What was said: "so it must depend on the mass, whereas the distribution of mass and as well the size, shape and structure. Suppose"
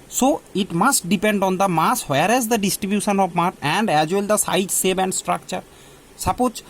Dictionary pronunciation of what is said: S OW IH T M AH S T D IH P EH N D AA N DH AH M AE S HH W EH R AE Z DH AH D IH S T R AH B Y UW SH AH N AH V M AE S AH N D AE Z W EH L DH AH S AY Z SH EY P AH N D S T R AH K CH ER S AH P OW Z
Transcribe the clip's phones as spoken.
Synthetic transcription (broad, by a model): S OW IH T M AH S T D IH P EH N D AA N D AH M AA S HH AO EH R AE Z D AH D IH S T R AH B Y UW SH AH N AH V M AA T AH N D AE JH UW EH L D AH S AY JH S EY B AH N D S T R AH K CH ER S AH P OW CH